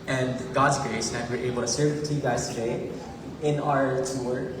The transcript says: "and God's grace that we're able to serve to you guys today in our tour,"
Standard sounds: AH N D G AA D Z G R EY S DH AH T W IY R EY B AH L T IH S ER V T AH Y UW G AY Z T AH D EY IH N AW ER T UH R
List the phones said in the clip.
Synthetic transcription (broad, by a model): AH N G AA D Z G R EY S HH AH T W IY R EY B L T IH S ER V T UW G AY Z T AH D EY IH N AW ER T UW R